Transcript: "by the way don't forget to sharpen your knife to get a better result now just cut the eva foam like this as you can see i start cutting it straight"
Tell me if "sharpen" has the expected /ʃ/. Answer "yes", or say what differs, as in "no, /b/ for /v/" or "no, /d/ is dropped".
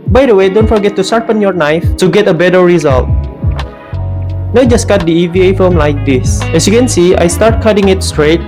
no, /s/ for /ʃ/